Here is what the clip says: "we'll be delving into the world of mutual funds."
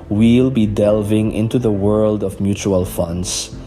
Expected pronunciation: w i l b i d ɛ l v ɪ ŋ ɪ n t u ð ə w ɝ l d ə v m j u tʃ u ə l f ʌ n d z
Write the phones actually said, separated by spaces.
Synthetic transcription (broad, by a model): w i l b i d ɛ l v ɪ ŋ ɪ n t u ð ə w ɝ l d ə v m j u tʃ u ə l f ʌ n d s